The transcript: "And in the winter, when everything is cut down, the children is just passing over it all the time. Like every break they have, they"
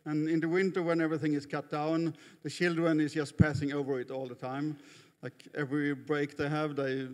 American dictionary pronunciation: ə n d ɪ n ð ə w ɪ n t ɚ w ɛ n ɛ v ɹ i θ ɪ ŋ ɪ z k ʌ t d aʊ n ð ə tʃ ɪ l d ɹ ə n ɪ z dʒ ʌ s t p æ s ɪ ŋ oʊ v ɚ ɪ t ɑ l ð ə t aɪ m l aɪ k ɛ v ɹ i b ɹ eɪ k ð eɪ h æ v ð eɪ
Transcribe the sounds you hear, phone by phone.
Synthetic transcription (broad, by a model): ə n ɪ n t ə w ɪ n t ɚ w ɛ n ɛ v ɹ i θ ɪ ŋ ɪ z k ʌ t d aʊ n ð ə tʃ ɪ l d ɹ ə n ɪ z dʒ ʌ s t p æ s ɪ ŋ oʊ v ɚ ɪ t ɑ l ð ə t aɪ m l aɪ k ɛ v ɹ i b ɹ eɪ k ð eɪ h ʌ v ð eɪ